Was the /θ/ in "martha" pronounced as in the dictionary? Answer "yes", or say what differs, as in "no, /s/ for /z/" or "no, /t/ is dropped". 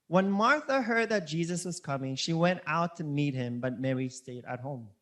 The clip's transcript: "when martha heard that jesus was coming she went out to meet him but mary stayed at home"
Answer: yes